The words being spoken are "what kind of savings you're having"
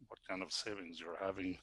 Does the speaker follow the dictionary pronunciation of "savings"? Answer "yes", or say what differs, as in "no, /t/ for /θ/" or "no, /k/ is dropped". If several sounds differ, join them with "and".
yes